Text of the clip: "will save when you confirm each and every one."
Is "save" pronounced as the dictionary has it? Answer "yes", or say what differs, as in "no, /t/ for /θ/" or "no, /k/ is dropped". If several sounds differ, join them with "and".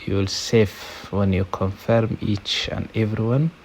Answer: no, /f/ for /v/